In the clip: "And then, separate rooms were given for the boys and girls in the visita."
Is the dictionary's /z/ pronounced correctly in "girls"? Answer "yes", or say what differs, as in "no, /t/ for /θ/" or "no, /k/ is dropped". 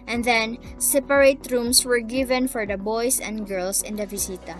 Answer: no, /s/ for /z/